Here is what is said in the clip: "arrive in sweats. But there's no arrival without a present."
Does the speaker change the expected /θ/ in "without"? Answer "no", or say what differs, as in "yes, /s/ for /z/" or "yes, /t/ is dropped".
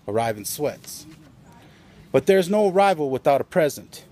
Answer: no